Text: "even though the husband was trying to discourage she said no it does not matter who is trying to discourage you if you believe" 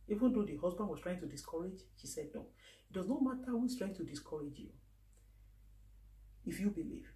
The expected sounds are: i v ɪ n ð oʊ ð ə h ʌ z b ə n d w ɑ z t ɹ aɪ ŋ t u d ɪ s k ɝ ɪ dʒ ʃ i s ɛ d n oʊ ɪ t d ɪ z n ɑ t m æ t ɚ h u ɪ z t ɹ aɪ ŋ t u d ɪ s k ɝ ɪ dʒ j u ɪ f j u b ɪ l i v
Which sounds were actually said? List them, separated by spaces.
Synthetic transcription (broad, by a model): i v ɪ n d oʊ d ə h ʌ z b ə n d w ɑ s t ɹ aɪ ŋ t u d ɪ s k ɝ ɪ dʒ ʃ i s ɛ d n oʊ ɪ t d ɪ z n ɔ m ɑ t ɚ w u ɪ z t ɹ aɪ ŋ t u d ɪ s k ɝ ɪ dʒ j u ɪ f j u b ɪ l i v